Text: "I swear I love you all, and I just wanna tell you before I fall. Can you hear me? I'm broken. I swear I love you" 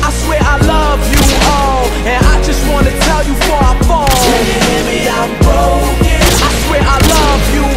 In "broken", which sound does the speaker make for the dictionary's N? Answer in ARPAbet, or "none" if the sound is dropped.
none